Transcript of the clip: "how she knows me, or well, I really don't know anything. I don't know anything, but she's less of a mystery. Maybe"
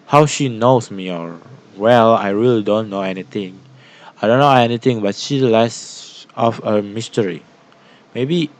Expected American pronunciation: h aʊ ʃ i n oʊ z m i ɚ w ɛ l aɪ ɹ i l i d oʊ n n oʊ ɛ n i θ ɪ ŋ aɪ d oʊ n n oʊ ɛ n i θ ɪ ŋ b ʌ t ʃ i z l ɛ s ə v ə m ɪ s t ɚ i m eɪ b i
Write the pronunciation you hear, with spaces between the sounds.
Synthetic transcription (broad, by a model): h aʊ ʃ i n oʊ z m i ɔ w ɛ l aɪ ɹ i l i d oʊ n n oʊ ɛ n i t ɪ ŋ aɪ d oʊ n n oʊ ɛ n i t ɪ ŋ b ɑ t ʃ i l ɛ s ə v ə m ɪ s t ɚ i m eɪ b i